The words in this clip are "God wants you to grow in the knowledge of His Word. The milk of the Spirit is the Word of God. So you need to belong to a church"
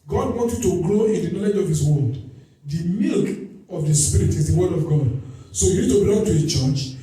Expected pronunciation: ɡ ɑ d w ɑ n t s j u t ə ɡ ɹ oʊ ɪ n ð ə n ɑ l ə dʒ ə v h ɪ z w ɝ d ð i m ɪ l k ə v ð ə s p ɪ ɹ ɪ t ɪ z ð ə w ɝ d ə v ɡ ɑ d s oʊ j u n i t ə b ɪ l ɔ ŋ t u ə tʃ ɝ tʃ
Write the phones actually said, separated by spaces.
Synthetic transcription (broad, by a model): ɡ ɑ d w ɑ n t j u t ə ɡ ɹ oʊ ɪ n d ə n ɑ l ə dʒ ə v h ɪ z w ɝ d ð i m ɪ l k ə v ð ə s p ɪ ɹ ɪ t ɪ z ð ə w ɝ d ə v ɡ ɑ d s oʊ j u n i t ə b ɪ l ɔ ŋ t u ə tʃ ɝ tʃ